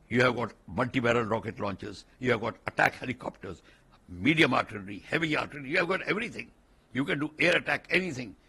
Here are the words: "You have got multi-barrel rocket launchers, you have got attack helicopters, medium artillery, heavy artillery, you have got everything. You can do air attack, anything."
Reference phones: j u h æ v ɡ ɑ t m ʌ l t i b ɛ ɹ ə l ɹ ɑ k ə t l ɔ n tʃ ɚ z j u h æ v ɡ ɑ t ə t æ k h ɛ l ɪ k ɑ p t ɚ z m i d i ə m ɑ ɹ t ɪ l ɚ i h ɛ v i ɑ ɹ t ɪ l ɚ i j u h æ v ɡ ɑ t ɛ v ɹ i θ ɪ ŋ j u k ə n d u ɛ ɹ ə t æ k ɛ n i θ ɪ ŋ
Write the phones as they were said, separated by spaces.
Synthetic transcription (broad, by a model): j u h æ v ɡ ɑ t m ʌ l t i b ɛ ɹ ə l ɹ ɑ k ə t l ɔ n tʃ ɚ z j u h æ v ɡ ɑ t ə t æ k h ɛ l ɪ k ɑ p t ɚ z m i d i ə m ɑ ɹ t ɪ n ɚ i h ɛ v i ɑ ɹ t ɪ n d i j u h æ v ɡ ɑ t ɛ v ɹ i t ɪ ŋ j u k ə n d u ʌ ɹ ə t æ k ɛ n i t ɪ ŋ